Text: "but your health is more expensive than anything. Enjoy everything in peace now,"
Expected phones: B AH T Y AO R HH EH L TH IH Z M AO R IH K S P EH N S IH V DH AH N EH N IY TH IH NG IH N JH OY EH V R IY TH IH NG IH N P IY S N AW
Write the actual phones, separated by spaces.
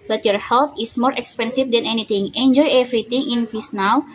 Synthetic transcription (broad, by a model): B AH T Y AO R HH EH L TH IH S M AO R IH K S P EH N S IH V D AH N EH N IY T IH NG IH N JH OY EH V R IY T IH NG IH N F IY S N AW